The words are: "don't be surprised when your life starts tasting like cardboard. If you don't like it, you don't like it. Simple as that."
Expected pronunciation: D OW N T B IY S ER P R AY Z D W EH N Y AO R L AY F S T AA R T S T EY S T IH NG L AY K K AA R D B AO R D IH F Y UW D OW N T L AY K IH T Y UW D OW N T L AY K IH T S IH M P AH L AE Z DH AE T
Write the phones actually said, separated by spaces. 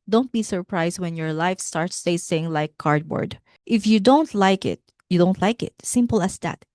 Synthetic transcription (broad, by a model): D OW N T B IY S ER P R AY S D W EH N Y AO R L AY F S T AA R T S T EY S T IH NG L AY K K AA R D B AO R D IH F Y UW D OW N T L AY K IH T Y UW D OW N T L AY K IH T S IH M P AH L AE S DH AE T